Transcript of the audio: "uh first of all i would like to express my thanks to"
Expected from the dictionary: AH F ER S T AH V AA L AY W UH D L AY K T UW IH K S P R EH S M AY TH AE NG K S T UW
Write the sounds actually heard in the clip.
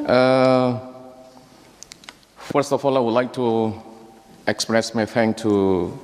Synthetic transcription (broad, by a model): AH F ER S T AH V AA L AY W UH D L AY K T UW IH K S P R EH S M AY F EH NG T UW